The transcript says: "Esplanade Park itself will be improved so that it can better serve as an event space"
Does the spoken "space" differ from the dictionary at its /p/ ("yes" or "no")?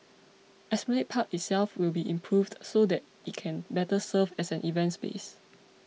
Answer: yes